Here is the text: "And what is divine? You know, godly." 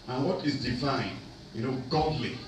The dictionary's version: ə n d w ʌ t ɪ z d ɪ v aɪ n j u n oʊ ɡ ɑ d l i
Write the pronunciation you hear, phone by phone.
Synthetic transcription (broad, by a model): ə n w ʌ t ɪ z d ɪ f aɪ n j u n oʊ ɡ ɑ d l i